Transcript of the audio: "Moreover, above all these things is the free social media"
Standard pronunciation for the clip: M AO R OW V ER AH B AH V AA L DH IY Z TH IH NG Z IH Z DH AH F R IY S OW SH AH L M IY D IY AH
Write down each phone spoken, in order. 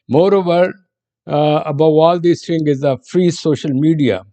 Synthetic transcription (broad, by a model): M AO R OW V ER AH B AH AA L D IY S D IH NG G IH Z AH F R IY S OW SH AH L M IY D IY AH